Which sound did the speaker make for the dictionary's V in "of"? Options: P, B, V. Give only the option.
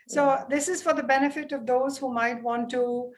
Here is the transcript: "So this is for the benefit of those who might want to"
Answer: V